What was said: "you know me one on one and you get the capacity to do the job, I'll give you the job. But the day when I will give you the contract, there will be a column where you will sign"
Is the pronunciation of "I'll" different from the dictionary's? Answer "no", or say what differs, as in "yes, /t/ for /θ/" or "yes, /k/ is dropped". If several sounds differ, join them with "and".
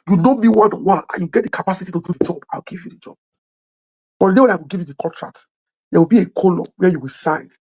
yes, /w/ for /l/